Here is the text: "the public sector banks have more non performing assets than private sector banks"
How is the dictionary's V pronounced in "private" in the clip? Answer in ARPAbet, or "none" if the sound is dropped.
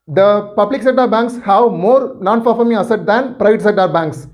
V